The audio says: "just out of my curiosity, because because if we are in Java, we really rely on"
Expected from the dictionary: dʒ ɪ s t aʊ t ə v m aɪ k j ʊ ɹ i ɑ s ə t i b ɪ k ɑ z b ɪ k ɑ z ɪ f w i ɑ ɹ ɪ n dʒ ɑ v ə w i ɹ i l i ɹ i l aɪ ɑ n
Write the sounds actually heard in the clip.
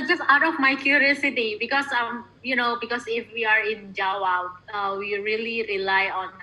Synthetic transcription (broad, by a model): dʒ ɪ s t aʊ t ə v m aɪ k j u ɹ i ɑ s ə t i b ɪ k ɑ s b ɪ k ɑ s ɪ f w i ɑ ɹ ɪ n dʒ ɑ w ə w i ɹ i l i ɹ i l aɪ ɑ n